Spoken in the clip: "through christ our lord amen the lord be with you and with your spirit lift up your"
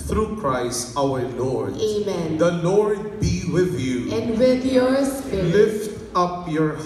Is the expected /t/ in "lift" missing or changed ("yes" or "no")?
no